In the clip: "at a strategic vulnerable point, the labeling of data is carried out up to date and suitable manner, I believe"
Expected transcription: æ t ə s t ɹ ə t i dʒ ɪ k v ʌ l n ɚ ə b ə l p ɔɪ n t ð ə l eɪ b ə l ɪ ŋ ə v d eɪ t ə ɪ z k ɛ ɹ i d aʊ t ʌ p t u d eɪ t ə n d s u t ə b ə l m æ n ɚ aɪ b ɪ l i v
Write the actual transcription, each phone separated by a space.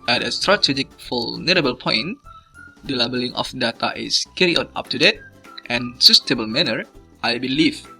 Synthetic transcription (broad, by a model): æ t ə s t ɹ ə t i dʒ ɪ k f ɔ l n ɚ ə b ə l p ɔɪ n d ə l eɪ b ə l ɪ ŋ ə f d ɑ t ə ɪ s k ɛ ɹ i ɔ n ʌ p t u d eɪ t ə n s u t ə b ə l m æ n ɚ aɪ b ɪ l i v